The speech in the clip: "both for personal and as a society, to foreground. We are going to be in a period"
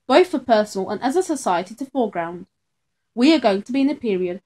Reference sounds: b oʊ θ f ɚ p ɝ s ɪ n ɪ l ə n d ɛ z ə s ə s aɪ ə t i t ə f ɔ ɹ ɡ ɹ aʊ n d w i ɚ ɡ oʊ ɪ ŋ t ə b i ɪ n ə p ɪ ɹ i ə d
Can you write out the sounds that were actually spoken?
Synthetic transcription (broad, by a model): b oʊ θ f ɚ p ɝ s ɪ n l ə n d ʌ z ə s ə s aɪ ə t i t ə f ɔ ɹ ɡ ɹ aʊ n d w i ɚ ɡ oʊ ɪ ŋ t ə b i ɪ n ə p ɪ ɹ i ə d